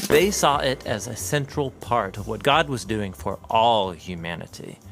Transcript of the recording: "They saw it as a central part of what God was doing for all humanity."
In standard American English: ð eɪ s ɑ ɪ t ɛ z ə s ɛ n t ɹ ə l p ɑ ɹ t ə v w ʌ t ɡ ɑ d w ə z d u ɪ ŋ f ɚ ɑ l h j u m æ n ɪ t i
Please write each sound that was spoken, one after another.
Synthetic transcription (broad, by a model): ð eɪ s ɑ ɪ t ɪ z ə s ɛ n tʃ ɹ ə l p ɑ ɹ t ə v w ʌ t ɡ ɑ d w ə z d u ɪ ŋ f ɚ ɑ l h j u m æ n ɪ t i